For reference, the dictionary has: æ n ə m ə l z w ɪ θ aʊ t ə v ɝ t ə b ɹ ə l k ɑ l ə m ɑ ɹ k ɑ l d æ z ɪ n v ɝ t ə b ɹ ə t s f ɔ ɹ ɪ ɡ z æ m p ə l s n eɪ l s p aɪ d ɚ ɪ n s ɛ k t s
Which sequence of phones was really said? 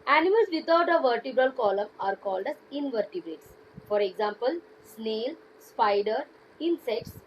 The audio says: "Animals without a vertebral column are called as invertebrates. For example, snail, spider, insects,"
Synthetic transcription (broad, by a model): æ n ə m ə l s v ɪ t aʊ t ə v ɝ t ə b ɹ ə l k ɑ l ə m ɑ ɹ k ɑ l d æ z ɪ n v ɝ t ə b ɹ ə t s f ɔ ɹ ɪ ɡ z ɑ m p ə l s n eɪ l s p aɪ d ɚ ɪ n s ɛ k t s